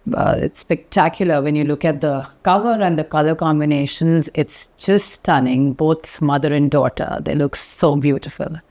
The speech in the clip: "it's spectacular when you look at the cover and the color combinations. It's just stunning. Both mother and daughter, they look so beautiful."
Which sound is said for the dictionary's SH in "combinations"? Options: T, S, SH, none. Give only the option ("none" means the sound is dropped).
SH